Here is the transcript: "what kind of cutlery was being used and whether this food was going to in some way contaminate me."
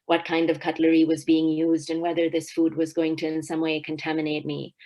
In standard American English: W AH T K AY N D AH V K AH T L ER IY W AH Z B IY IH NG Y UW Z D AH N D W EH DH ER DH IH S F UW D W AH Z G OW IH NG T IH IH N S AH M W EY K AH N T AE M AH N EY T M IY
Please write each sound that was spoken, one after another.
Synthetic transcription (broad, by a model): W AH T K AY N D AH V K AH T L ER IY W AH Z B IY IH NG Y UW Z D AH N W EH DH ER DH IH S F UW D W AH Z G OW IH NG T IH IH N S AH M W EY K AH N T AE M AH N EY T M IY